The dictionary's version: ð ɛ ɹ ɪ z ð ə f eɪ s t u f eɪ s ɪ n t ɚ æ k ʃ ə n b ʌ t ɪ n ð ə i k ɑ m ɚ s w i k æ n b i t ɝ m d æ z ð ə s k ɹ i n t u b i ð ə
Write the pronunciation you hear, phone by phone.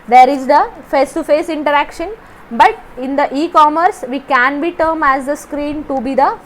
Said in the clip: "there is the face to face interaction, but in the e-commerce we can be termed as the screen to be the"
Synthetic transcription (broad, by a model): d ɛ ɹ ɪ z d ə f eɪ s t u f eɪ s ɪ n t ɚ æ k ʃ ə n b ʌ t ɪ n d ə i k ɑ m ɚ s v i k æ n b i t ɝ m æ z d ə s k ɹ i n t u b i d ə